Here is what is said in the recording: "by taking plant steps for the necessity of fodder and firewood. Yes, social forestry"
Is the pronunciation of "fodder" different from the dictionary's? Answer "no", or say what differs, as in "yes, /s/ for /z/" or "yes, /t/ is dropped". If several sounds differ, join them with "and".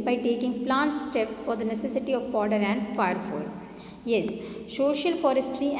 yes, /p/ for /f/